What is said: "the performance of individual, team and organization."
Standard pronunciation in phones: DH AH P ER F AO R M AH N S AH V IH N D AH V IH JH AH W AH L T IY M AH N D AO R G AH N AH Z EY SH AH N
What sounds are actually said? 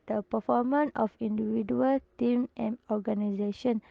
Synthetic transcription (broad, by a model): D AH P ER F AO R M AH N AH F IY N D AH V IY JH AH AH L T IY M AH N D AO G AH N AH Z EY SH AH N